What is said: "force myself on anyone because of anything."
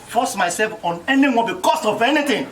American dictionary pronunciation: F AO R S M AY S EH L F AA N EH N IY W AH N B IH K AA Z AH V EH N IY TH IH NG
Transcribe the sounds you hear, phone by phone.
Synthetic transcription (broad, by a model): F AO S M AY S EH L F AA N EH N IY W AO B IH K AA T AH V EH N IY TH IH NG